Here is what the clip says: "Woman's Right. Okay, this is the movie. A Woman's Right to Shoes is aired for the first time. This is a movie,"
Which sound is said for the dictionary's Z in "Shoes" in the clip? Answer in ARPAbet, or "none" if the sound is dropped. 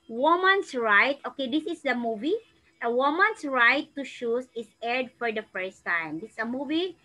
S